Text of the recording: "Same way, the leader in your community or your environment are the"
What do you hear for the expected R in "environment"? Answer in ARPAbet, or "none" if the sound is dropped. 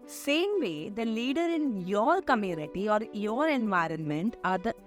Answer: R